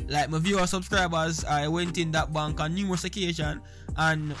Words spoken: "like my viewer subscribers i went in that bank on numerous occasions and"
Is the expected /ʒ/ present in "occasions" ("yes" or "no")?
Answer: no